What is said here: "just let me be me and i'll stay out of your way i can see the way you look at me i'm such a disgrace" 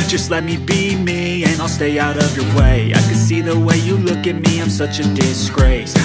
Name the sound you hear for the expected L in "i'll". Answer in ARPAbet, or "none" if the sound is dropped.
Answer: L